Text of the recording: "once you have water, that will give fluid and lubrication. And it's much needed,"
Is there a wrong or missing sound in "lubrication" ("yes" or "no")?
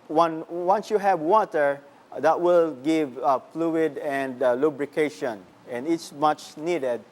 no